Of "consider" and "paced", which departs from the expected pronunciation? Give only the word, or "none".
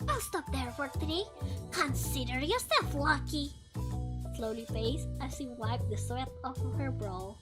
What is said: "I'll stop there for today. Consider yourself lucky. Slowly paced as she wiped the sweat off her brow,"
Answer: paced